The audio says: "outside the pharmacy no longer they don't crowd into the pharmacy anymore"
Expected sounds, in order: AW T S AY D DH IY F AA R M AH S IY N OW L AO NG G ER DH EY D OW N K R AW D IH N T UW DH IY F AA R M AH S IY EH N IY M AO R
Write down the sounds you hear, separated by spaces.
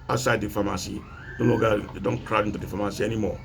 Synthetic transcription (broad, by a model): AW S AY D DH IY F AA M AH S IY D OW N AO G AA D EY D OW N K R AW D IH N T UW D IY F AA M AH S IY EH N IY M AO